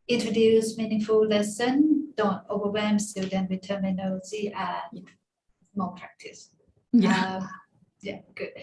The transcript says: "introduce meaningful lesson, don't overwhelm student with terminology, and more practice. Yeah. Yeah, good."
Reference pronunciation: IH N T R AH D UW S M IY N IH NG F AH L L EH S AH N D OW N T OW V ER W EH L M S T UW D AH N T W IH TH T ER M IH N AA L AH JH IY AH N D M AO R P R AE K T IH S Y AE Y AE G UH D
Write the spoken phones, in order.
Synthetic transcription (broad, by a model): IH N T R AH D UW S M IY N IH NG F AH L L EH S AH N D OW N T OW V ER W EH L M S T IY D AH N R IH T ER M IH N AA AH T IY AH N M AO P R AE K T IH S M Y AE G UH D